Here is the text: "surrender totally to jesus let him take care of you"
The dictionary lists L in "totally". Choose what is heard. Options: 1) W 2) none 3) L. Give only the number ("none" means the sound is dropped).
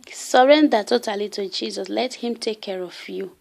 3